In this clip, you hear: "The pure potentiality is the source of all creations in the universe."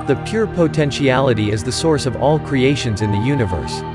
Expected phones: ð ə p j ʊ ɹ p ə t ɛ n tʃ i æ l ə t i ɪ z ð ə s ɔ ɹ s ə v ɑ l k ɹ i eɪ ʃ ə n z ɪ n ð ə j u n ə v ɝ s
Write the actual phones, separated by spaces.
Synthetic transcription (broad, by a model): ð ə p j ʊ ɹ p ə t ɛ n ʃ i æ l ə t i ɪ z ð ə s ɔ ɹ s ə v ɑ l k ɹ i eɪ ʃ ə n z ɪ n ð ə j u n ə v ɝ s